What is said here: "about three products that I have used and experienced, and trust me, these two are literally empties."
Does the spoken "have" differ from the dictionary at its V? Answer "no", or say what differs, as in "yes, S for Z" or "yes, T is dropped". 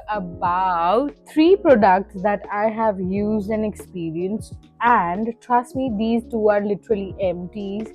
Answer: no